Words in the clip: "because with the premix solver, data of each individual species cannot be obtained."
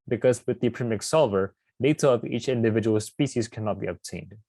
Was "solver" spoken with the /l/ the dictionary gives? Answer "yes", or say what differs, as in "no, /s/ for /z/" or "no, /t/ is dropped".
yes